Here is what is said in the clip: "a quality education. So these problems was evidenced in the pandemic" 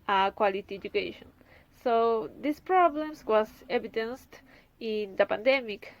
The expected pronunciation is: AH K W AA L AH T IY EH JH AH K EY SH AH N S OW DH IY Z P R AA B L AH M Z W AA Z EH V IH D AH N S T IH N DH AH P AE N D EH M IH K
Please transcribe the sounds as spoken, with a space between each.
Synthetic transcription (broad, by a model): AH K W AA L AH T IY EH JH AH K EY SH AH N S OW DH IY S P R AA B L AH M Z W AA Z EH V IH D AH N S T IH N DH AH P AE N D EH M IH K